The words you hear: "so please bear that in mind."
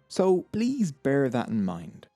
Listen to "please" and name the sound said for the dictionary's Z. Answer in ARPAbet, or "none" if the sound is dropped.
Z